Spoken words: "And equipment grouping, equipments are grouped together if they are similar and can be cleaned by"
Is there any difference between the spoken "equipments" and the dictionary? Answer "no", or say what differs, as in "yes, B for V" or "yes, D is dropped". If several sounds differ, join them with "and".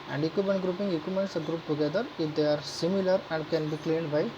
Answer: yes, P is dropped